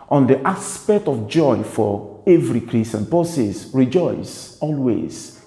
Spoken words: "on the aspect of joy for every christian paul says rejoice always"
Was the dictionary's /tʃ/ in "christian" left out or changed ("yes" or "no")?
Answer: yes